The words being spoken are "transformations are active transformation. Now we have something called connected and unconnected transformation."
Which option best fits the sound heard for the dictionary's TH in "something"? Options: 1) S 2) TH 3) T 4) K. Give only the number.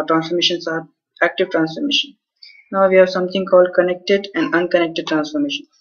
3